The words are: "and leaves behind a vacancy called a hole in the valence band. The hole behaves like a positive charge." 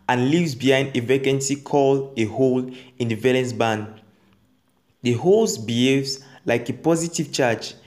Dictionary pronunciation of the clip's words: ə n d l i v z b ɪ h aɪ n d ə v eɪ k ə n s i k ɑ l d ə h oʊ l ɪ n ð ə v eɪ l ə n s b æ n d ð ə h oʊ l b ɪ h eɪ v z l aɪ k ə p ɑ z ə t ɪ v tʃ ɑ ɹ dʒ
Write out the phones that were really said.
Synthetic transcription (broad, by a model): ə n l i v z b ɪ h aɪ n d ə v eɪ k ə n s i k ɑ l ə h oʊ l ɪ n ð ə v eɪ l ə n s b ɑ n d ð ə h oʊ l b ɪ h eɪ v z l aɪ k ə p ɑ z ə t ɪ v tʃ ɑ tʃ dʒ